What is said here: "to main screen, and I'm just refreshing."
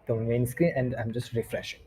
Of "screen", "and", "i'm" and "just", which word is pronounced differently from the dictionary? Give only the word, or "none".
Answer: screen